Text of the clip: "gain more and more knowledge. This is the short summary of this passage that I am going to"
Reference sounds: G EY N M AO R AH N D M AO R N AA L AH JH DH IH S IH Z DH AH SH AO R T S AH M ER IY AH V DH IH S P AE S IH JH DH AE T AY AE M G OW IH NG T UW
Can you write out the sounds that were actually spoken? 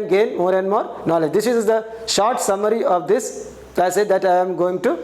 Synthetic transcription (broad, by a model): G EY N M AO R AH N D M AO R N AA L AH JH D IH S IH Z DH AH SH AO R T S AH M ER IY AH V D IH S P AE S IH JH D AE T AY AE M G OW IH NG T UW